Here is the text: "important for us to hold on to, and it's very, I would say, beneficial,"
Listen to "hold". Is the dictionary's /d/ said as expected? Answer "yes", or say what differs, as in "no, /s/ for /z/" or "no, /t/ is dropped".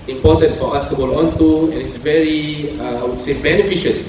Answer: no, /d/ is dropped